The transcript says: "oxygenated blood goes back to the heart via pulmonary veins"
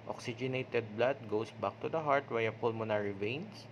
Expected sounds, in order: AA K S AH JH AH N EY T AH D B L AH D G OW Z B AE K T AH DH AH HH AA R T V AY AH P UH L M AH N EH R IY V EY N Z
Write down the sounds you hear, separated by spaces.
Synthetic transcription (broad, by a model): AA K S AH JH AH N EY T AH D B L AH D G OW S B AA K T AH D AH HH AA R T W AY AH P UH L M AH N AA R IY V EY N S